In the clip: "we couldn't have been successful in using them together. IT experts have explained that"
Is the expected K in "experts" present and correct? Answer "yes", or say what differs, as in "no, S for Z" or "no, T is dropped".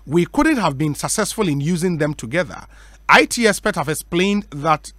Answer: no, K is dropped